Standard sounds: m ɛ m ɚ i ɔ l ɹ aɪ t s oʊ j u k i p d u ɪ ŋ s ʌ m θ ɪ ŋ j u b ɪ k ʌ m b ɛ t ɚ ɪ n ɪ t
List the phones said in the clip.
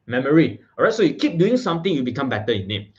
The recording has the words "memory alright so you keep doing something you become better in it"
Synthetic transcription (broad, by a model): m ɛ m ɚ i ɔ ɹ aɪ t s oʊ j u k i p d u ɪ ŋ s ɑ m t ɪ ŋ j u b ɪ k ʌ m b ɛ t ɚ ɪ n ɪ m